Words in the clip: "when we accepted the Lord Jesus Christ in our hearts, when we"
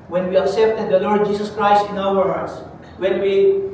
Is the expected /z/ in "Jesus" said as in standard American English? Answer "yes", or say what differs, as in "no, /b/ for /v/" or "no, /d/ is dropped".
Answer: no, /s/ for /z/